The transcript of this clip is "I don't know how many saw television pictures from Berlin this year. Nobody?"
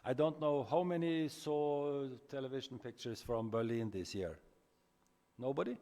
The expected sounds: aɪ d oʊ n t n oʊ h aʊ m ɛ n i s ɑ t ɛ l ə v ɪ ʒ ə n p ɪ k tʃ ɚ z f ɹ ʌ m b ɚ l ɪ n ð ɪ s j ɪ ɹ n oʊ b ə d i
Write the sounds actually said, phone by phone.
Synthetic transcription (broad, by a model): aɪ d oʊ n t n oʊ h aʊ m ɛ n i s ɑ t ɛ l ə v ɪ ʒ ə n p ɪ k tʃ ɚ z f ɹ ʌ m b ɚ l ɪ n ð ɪ s j ɪ ɹ n oʊ b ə d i